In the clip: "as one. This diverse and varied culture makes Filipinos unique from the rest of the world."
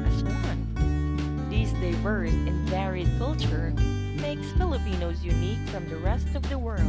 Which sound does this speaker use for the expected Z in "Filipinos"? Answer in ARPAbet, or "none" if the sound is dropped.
Z